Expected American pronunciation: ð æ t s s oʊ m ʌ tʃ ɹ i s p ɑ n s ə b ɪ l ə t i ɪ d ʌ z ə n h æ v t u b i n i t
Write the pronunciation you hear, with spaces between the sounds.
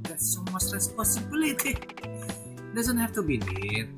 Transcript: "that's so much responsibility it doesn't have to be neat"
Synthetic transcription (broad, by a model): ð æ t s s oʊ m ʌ s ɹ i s p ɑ s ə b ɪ l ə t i d ʌ z ə n h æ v t u b i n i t